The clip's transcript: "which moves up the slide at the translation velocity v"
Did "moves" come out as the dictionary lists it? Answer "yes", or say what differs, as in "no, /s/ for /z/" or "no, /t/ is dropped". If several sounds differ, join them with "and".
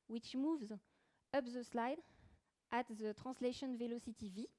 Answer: yes